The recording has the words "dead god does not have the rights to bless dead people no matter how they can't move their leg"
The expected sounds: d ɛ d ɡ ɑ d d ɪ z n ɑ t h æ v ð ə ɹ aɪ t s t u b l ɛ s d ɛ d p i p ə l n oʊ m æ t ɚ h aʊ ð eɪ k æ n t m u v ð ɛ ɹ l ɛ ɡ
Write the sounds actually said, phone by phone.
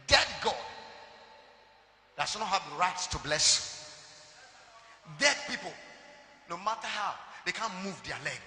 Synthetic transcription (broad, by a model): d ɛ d ɡ ɑ d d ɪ s n ɑ t h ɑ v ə ɹ aɪ t s t u b l ɛ s d ɛ d p i p ə l n oʊ m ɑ t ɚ h aʊ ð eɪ k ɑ n m u v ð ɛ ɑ l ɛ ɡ